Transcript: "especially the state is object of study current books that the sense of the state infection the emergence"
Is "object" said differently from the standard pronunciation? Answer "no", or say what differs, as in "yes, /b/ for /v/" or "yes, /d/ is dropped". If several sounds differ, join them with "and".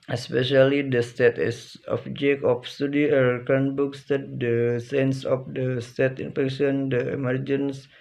yes, /t/ is dropped